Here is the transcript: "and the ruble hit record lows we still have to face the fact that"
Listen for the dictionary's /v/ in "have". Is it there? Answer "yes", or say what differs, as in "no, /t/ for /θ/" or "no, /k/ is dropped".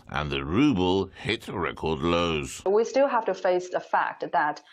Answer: no, /f/ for /v/